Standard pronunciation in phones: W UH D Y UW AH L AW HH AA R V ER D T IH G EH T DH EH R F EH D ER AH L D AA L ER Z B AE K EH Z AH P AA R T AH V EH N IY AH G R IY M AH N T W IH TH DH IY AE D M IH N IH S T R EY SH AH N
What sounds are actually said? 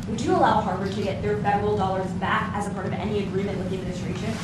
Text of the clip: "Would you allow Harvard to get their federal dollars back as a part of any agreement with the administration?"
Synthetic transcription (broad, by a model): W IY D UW AH L AW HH AA R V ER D T IH G EH T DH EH R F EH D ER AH L D AA L ER Z B AE K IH Z AH P AA R T AH V EH N IY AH G R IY M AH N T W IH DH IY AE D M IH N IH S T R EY SH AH N